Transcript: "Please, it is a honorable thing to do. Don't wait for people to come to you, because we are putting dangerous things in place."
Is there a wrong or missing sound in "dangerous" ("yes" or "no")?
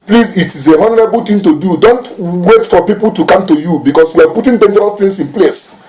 no